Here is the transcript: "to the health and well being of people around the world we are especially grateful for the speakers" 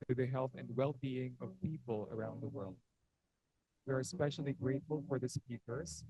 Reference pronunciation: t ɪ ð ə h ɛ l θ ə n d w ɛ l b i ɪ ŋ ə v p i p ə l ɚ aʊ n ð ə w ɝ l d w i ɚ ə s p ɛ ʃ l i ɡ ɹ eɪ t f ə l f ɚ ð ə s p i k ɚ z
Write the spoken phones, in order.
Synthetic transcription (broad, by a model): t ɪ ð ə h ɛ l θ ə n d w ɛ l b i ɪ ŋ ə v p i p ə l ɚ aʊ n ð ə w ɝ l d w i ɚ ə s p ɛ ʃ l i ɡ ɹ eɪ t f ə l f ɚ ð ə s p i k ɚ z